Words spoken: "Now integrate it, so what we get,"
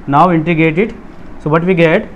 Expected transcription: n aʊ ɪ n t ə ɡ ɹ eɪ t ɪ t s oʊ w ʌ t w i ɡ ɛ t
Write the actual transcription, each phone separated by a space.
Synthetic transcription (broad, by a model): n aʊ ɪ n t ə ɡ eɪ t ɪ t s oʊ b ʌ t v i ɡ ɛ t